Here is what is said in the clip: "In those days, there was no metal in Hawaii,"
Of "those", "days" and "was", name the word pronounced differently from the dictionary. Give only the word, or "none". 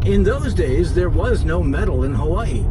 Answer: none